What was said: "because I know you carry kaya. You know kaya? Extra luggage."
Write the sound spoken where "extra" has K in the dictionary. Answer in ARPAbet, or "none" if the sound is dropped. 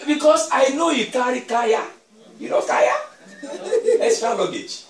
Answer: none